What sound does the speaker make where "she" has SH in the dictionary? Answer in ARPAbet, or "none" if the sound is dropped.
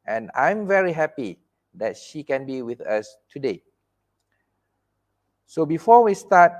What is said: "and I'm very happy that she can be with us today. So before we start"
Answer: SH